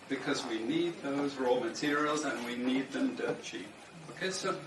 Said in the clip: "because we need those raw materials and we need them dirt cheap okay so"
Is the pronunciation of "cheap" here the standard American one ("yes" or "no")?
no